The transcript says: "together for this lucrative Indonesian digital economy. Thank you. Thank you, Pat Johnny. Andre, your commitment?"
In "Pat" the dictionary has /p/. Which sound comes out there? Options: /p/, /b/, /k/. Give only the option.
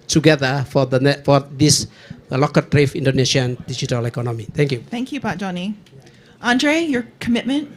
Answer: /b/